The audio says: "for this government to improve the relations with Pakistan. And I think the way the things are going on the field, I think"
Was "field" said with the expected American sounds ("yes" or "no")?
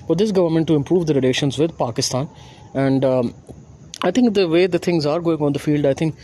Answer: yes